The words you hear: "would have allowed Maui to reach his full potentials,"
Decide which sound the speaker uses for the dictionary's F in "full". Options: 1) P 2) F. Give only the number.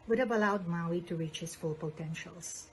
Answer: 2